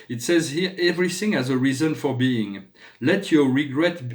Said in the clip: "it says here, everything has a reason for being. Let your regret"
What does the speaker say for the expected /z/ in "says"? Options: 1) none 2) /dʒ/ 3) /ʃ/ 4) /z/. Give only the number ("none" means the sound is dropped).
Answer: 4